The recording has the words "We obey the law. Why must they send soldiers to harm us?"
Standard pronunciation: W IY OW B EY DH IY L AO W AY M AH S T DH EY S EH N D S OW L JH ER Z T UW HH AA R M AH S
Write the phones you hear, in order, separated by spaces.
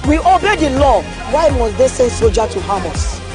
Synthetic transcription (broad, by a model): W IY OW B EY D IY L AO W AY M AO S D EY S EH N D S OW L JH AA T UW HH AA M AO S